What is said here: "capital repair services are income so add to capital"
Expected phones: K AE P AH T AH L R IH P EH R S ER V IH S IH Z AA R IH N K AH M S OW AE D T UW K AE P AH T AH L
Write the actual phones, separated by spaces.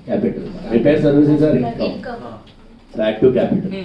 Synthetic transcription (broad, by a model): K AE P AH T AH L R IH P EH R S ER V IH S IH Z AA R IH K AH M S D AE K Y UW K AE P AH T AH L